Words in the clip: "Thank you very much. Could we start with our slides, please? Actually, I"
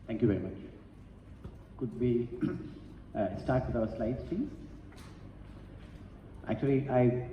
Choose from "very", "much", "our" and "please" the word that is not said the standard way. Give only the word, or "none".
please